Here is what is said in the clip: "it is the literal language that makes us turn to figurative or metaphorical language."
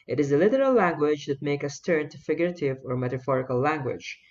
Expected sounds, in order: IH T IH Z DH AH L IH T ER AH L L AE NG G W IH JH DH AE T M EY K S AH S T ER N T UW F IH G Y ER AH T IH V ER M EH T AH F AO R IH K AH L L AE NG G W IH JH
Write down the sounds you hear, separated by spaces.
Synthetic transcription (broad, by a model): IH T IH Z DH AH L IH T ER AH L L AE NG G W IH JH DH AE T M EY K AH S T ER N T UW F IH G Y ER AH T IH V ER M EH T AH F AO R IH K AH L L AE NG G W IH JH